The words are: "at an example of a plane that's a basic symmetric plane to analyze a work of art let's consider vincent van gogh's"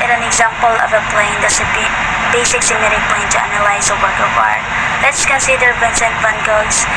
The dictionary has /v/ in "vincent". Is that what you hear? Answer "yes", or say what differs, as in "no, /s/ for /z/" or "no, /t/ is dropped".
no, /p/ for /v/